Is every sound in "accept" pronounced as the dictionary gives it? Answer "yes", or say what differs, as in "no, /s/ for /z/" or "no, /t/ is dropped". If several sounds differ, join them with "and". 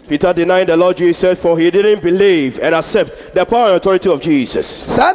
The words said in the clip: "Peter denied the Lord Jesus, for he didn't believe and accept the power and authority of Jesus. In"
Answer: yes